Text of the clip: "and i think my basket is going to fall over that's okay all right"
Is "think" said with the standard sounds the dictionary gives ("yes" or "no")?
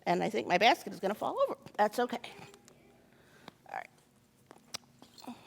yes